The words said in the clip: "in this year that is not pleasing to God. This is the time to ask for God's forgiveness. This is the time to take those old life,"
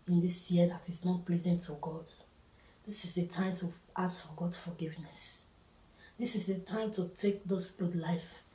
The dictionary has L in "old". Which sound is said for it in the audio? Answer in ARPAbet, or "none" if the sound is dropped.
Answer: none